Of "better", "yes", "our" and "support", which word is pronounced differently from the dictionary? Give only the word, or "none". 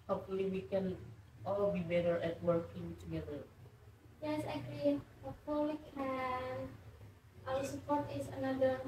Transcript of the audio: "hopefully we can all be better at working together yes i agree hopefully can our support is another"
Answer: our